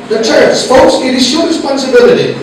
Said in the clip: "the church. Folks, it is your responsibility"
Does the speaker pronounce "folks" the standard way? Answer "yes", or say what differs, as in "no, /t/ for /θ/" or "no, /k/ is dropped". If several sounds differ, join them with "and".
no, /p/ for /f/